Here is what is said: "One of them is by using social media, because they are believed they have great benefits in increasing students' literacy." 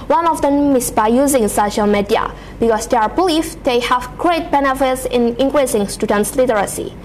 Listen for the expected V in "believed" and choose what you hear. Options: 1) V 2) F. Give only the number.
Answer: 2